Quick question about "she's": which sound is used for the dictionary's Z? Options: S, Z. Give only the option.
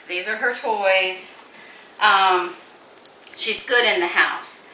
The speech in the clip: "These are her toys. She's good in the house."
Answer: Z